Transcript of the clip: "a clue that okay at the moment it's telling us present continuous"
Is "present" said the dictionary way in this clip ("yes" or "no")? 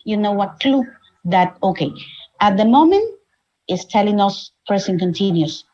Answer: no